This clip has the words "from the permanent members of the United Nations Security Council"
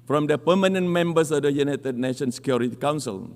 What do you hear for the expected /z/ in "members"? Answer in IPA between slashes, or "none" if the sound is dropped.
/s/